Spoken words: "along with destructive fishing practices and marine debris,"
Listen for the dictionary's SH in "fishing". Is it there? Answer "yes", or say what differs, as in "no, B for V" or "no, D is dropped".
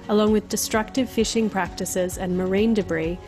yes